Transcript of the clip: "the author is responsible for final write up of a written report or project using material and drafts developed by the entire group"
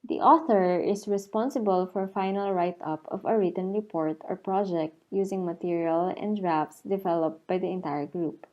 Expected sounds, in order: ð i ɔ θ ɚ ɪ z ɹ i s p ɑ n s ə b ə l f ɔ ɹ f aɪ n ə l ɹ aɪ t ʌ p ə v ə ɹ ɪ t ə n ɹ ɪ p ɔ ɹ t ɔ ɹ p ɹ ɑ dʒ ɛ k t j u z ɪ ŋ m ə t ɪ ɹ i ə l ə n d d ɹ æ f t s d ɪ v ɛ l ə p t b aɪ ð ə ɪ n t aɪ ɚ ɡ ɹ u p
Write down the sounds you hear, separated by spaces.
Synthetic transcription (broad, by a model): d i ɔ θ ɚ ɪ s ɹ i s p ɑ n s ə b ə l f ɔ ɹ f aɪ n ə l ɹ aɪ t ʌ p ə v ə ɹ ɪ t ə n ɹ ɪ p ɔ ɹ t ɔ ɹ p ɹ ɑ dʒ ɛ k t j u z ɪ ŋ m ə t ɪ ɹ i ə l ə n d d ɹ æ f s d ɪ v ɛ l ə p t b aɪ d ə ɪ n t aɪ ɚ ɡ ɹ u p